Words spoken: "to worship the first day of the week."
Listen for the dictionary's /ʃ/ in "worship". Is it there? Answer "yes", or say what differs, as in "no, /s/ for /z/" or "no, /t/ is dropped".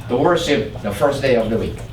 no, /s/ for /ʃ/